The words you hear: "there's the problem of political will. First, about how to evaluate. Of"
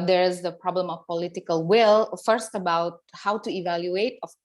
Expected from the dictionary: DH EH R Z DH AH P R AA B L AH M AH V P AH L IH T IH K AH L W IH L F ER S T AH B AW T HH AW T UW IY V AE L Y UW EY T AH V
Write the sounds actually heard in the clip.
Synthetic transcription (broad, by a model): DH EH R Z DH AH P R AA B L AH M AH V P AH L IH T IH K AH L W IH L F ER S T AH B AW T HH AW T UW IY V AE L Y UW EY T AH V